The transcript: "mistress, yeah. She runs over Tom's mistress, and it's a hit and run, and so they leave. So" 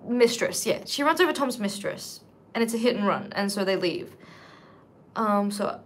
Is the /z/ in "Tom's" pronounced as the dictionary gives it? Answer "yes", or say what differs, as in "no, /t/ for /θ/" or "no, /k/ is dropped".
yes